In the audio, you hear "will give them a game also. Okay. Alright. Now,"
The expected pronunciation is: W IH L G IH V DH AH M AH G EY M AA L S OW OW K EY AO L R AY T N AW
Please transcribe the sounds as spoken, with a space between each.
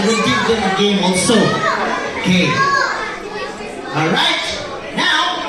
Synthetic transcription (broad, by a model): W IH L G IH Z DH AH AH G EY M AA L S OW OW K EY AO R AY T N AW